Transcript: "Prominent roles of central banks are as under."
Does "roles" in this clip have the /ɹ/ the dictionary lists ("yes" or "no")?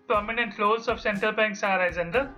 no